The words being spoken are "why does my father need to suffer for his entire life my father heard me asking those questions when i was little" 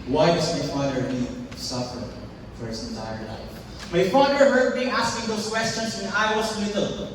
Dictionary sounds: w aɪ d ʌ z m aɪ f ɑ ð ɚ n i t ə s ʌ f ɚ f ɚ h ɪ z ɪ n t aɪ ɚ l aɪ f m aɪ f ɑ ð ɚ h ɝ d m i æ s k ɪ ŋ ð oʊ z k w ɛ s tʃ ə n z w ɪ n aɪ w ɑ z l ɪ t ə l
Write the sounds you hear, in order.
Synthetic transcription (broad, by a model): w aɪ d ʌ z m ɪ f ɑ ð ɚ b i s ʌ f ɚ f ɚ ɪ s ɪ n t aɪ ɚ l aɪ f m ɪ f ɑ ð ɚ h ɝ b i æ s k ɪ ŋ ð oʊ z k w ɛ s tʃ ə n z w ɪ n aɪ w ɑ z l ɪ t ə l